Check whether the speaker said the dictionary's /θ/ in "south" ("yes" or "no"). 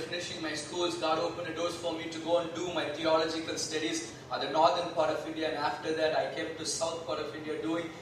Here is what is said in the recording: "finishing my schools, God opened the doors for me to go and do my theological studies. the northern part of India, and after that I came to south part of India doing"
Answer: no